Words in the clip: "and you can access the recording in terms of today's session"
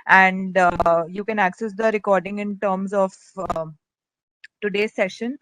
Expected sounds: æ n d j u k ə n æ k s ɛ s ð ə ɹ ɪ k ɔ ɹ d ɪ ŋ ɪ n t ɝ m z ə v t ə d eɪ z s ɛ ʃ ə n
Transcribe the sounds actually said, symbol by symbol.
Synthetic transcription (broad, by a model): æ n d j u k ə n æ k s ɛ s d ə ɹ ɪ k ɔ ɹ d ɪ ŋ ɪ n t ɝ m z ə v t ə d eɪ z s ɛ ʃ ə n